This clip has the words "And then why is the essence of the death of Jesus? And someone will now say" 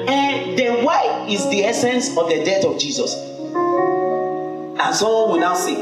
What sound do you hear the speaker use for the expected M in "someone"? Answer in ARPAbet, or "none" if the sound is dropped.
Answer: none